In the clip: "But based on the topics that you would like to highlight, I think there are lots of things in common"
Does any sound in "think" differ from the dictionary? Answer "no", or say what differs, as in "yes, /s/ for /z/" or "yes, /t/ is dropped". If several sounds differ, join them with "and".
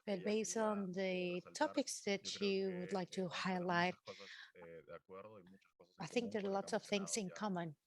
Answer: no